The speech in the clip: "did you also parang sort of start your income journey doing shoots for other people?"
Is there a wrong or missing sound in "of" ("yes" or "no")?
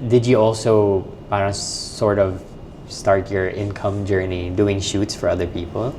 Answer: no